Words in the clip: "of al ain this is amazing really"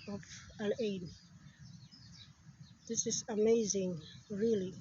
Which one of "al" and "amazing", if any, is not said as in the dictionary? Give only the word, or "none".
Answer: al